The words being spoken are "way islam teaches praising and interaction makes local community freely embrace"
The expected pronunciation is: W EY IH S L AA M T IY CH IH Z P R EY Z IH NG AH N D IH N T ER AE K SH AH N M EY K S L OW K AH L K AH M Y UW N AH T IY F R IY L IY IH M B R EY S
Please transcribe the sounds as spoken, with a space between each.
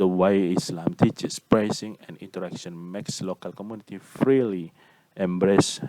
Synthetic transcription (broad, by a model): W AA IH S L AA M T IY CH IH S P R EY S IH NG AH N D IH N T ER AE K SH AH N M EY K S L OW K AH L K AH M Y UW N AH T IY F R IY L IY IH M B R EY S